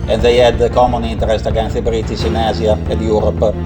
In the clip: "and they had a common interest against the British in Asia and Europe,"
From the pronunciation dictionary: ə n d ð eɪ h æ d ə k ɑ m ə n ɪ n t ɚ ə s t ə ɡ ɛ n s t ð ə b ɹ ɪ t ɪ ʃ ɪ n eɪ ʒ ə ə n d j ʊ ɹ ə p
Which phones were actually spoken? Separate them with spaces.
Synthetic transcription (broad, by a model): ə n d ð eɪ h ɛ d ə k ɑ m ə n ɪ n t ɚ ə s t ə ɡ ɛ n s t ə b ɹ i t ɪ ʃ ɪ n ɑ z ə ə n d j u ɹ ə p